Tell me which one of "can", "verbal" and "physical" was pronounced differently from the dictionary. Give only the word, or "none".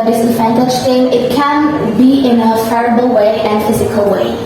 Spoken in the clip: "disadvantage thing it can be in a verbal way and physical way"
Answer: verbal